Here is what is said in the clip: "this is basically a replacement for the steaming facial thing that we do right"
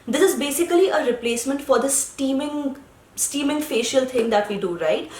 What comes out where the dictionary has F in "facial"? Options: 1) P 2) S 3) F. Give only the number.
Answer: 3